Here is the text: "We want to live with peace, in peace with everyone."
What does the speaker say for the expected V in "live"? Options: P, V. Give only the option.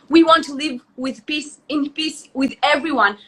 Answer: V